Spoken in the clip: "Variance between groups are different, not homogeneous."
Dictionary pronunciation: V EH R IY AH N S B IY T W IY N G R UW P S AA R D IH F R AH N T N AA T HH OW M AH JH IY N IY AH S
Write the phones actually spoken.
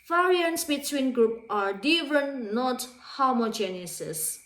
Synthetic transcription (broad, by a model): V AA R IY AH N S B IY T W IY N G R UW P AA R D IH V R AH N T N AA T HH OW M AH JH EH N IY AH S